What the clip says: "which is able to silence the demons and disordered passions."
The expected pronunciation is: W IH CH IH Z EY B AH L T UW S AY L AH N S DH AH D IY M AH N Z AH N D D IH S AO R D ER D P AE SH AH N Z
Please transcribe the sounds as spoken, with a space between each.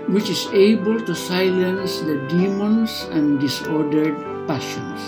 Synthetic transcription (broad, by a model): W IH CH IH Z EY B AH L T UW S AY L AH N S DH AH D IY M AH N S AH N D D IH S AO R D ER D P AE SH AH N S